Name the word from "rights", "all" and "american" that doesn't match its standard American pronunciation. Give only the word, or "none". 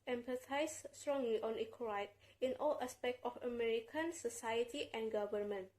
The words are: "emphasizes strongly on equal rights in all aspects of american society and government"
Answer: rights